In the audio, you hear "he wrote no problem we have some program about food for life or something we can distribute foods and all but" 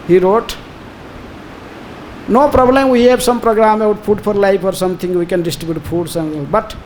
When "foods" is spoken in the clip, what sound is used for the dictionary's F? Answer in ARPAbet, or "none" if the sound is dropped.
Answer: P